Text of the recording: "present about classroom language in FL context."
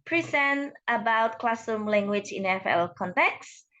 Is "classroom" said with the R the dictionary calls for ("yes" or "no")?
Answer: no